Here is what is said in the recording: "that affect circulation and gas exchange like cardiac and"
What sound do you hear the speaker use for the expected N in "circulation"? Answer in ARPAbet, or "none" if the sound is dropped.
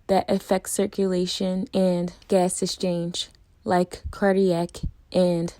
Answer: N